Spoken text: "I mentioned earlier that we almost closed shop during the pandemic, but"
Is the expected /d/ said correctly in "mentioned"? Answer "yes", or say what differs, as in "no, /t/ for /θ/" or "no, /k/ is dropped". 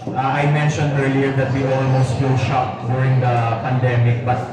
yes